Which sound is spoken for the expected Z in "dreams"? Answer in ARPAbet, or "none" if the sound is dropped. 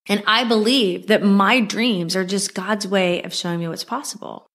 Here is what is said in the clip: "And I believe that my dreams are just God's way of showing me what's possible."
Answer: Z